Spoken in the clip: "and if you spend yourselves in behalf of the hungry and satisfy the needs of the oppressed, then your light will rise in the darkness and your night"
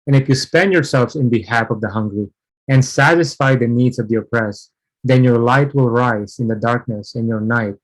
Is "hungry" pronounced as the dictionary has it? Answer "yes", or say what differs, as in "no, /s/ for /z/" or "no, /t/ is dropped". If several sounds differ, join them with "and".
yes